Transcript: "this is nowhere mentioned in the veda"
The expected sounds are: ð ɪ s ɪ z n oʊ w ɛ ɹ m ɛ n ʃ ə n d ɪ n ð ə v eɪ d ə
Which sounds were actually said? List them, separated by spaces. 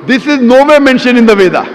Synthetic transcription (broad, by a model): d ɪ s ɪ z n oʊ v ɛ m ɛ n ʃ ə n ɪ n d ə v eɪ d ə